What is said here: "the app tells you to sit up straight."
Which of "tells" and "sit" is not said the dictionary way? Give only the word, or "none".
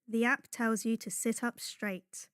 none